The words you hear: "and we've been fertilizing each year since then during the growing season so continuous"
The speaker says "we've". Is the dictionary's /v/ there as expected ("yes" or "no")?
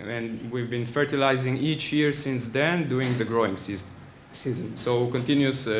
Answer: yes